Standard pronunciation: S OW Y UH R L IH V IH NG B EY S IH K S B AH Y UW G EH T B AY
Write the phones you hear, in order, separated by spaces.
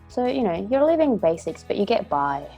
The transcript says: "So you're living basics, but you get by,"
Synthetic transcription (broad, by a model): S OW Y UH R L IH V IH NG B EY S IH K S B AH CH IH G EH T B AY